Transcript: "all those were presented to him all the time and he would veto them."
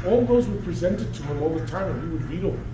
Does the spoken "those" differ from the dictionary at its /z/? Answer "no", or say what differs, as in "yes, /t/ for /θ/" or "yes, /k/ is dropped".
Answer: no